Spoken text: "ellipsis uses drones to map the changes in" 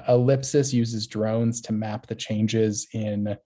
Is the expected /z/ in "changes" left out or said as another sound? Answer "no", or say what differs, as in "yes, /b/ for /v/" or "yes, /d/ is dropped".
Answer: no